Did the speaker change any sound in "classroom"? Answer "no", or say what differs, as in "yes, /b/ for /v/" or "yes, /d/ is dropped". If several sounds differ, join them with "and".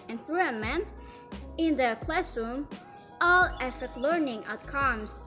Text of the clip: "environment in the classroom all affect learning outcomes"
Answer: no